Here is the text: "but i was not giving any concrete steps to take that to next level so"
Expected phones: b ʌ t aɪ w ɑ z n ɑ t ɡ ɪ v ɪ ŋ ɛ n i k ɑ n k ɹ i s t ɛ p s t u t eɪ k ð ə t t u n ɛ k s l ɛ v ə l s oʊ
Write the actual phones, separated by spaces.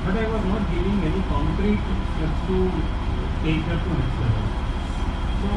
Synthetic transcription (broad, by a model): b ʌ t aɪ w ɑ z n ɑ t ɡ ɪ v ɪ ŋ ɛ n i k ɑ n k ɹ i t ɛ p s t u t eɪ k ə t t u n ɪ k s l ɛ ə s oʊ